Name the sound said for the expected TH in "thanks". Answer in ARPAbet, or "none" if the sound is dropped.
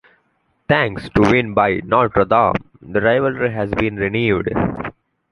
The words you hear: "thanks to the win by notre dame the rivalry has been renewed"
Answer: T